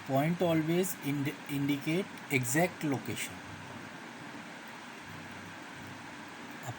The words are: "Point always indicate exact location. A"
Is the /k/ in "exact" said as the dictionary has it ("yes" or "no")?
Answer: yes